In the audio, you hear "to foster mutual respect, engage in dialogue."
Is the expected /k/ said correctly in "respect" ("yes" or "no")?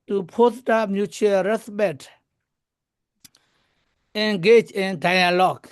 no